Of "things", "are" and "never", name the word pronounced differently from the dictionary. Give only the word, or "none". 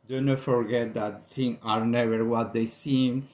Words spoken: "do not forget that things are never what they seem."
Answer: things